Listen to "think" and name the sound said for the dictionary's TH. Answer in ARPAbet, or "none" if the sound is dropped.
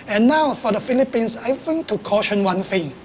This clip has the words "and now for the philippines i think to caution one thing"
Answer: F